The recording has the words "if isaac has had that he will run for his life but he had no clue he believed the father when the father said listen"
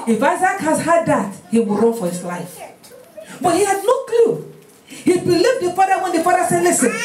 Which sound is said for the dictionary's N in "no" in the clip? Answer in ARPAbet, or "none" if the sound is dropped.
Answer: L